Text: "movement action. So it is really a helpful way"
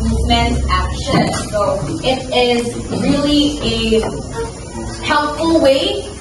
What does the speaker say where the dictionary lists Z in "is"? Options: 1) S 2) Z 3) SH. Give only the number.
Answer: 2